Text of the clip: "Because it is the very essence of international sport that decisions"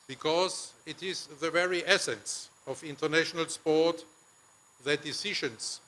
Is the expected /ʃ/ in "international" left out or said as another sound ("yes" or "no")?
no